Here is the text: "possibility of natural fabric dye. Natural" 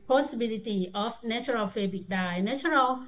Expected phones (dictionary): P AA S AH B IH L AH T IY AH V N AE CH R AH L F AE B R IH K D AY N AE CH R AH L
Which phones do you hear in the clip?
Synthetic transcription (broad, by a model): P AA S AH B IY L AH T IY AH F N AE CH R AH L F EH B IH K D AY N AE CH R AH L